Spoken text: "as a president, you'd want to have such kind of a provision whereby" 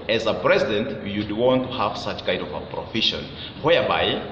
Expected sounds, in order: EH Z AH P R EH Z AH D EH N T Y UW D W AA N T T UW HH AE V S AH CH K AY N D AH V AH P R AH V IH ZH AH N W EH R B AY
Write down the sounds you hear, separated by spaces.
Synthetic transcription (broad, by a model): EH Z AH P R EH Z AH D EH N T Y UW D W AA N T T UW HH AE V S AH CH K AY N D AH V AH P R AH F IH SH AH N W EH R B AY